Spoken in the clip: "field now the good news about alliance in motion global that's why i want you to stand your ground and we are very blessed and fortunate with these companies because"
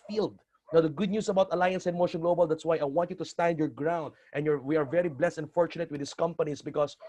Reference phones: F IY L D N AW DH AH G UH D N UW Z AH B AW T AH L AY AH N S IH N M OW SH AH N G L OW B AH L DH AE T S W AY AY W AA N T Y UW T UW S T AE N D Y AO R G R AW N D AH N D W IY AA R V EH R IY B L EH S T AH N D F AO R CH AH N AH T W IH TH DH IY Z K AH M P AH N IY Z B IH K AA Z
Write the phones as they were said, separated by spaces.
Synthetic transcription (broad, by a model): F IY L D N AW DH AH G UH D N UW S AH B AW T AH L AY AH N S IH N M OW SH AH N G L OW B AH L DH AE T S W AY AY W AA N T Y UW T UW S T AE N D Y AO R G R AW N D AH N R W IY AA R V EH R IY B L EH S T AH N F AO R CH AH N AH T W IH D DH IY S K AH M P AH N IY S B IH K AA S